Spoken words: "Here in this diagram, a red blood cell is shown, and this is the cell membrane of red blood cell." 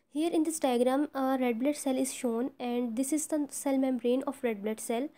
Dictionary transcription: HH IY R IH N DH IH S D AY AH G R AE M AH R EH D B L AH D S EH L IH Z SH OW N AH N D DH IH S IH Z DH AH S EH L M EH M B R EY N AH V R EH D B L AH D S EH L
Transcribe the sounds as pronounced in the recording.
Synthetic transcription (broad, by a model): HH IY R IH N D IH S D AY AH G R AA M R EH D B L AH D S EH L IH Z SH OW N AH N D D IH S IH Z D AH S EH L M EH M B R EY N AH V R EH D B L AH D S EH L